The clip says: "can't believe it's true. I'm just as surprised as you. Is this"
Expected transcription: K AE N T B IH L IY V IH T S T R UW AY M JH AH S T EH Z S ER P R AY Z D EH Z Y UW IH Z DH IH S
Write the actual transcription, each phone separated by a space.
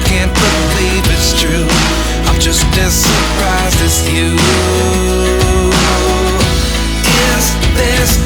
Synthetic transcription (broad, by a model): K AE N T B IH L IY V IH T S T R UW AY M JH AH S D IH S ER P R AY Z IH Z Y UW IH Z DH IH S